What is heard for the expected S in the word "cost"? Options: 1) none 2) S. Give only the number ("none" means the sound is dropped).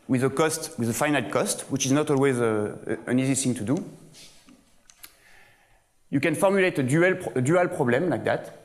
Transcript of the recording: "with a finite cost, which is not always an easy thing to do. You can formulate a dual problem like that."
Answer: 2